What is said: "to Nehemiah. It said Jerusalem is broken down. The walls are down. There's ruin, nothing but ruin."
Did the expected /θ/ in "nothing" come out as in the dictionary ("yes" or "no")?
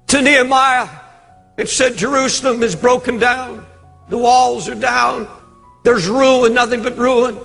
yes